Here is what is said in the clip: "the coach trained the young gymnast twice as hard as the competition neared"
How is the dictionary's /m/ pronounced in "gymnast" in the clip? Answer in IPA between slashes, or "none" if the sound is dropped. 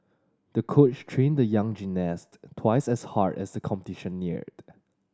none